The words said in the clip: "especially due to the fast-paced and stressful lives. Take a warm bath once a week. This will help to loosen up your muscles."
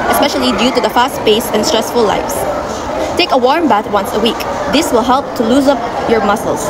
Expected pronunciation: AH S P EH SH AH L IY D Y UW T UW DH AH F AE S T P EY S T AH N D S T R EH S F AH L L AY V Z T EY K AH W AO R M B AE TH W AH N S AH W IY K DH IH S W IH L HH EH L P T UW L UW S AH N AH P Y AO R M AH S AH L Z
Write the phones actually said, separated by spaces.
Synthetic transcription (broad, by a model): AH S P EH SH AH L IY D Y UW T UW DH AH F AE S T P EY S AH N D S T R EH S F AH L L AY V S T EY K AH W AO R M B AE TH W AH N S AH W IY K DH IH S W IH L HH EH L P T UW L UW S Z AH P Y AO R M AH S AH L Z